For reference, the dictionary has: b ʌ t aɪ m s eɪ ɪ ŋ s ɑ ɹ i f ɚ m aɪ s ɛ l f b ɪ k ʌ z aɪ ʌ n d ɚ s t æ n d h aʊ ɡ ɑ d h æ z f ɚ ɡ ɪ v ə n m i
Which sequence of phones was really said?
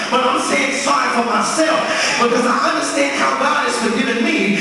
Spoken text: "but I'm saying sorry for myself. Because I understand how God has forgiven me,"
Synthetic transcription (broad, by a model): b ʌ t aɪ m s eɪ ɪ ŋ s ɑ i f ɚ m aɪ s ɛ l f b ɪ k ʌ z aɪ ʌ n d ɚ s t æ n d h aʊ ɡ ɑ d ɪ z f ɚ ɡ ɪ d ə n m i